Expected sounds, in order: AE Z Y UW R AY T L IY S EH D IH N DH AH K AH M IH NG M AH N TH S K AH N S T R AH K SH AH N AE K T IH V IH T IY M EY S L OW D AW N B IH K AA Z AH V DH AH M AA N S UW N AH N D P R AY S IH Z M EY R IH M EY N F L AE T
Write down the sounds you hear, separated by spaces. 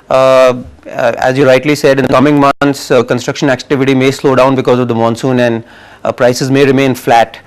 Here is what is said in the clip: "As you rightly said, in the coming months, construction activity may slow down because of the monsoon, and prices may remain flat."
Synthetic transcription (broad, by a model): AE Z Y UW R AY T L IY S EH D IH N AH K AH M IH NG M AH N T S K AH N S T R AH K SH AH N AE K T IH V IH T IY M EY S L OW D AW N B IH K AA Z AH V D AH M AA N S UW N AH N D P R AY S IH Z M EY R IH M EY N F L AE T